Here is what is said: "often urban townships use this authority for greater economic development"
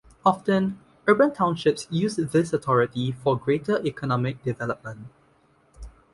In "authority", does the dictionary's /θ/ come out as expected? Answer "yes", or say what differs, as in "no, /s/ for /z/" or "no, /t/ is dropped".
no, /t/ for /θ/